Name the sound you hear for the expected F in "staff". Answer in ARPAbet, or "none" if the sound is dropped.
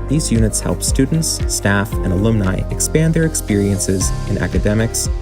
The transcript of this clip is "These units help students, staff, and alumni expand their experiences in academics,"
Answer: F